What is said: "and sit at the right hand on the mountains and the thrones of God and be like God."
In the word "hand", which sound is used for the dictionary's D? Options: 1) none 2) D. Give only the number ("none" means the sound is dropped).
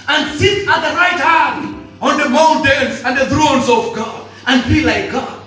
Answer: 1